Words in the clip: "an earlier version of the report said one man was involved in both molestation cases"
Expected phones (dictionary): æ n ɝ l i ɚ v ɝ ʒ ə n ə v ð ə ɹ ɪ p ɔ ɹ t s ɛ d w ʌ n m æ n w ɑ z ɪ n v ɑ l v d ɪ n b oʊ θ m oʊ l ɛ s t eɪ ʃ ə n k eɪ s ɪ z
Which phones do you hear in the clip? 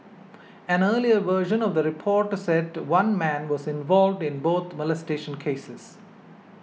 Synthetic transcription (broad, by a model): æ n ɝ l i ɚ v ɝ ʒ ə n ə v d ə ɹ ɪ p ɔ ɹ t s ɛ d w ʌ n m æ n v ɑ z ɪ n v ɑ l v d ɪ n b oʊ t m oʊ l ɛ s t eɪ ʃ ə n k eɪ s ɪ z